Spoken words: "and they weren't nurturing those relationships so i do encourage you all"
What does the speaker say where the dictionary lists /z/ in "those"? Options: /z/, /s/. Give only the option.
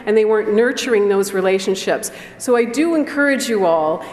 /z/